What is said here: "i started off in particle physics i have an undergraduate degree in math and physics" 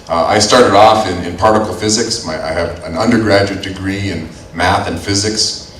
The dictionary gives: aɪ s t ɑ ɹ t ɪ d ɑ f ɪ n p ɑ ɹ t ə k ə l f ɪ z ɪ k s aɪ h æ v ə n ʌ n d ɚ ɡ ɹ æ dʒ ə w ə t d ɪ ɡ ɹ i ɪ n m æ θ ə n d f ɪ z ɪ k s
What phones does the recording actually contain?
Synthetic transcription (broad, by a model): aɪ s t ɑ ɹ t ɪ d ɑ f ɪ n p ɑ ɹ t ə k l f ɪ z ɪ k s aɪ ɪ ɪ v ə n ʌ n d ɚ ɡ ɹ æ dʒ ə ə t d ɪ ɡ ɹ i ɪ n m æ θ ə n f ɪ z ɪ k s